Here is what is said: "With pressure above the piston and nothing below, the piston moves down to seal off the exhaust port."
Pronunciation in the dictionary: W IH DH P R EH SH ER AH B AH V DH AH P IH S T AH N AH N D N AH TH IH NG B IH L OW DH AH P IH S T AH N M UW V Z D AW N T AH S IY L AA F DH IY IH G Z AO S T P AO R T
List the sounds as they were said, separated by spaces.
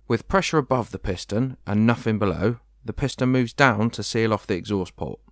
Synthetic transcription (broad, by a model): W IH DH P R EH SH ER AH B AH V DH AH P IH S T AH N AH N N AH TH IH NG B IH L OW DH AH P IH S T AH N M UW V Z D AW N T AH S IY L AA F DH IY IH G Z AO S P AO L T